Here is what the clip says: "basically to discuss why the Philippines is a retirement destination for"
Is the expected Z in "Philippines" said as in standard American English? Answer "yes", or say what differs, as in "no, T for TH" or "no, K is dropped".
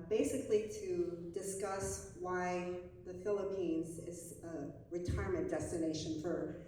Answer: yes